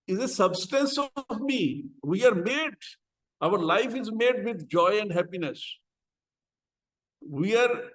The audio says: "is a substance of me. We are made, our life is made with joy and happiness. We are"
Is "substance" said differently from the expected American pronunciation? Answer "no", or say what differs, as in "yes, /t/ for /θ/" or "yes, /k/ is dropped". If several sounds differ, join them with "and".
no